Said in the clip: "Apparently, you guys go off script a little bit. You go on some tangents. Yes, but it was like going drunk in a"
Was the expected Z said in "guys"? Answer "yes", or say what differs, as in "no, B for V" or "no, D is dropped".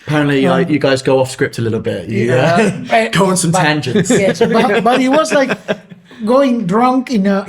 yes